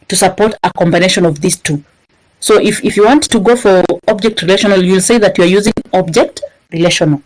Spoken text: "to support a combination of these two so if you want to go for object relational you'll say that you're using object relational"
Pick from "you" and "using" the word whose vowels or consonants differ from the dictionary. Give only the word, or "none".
none